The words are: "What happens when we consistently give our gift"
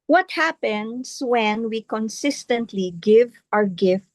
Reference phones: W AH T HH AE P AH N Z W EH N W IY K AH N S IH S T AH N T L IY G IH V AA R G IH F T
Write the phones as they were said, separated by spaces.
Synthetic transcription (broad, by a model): W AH T HH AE P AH N S W EH N W IY K AH N S IH S T AH N T L IY G IH V AA R G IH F T